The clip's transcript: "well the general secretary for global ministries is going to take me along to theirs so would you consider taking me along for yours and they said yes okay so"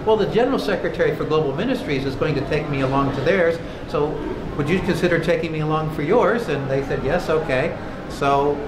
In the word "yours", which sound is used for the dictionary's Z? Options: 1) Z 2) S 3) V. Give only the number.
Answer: 1